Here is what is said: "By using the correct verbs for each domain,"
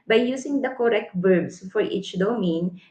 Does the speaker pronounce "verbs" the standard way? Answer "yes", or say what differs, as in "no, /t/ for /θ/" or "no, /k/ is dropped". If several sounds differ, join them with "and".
no, /b/ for /v/ and /s/ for /z/